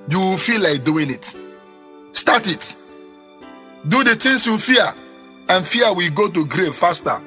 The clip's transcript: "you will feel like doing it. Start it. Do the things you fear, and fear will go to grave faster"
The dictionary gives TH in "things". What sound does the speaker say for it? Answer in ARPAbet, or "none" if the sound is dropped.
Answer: T